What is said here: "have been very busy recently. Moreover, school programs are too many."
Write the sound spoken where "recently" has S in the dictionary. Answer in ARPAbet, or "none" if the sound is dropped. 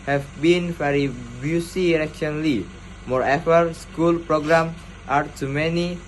SH